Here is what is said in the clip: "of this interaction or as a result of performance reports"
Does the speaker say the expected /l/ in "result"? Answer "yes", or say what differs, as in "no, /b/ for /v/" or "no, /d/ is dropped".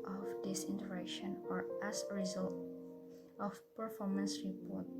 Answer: yes